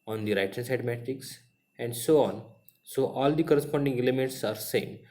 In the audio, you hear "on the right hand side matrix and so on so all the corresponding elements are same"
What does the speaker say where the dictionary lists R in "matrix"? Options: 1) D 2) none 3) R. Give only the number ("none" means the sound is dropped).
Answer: 2